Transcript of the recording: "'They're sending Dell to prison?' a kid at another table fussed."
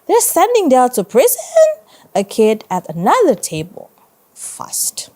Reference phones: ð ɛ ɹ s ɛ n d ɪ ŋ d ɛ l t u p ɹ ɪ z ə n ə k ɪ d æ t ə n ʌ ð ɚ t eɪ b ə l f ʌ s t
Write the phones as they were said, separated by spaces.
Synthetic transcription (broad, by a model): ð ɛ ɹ s ɛ n d ɪ ŋ d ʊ n t u p ɹ ɪ z ə n ə k ɪ d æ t ə n ʌ ð ɚ t eɪ b ə l f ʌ s t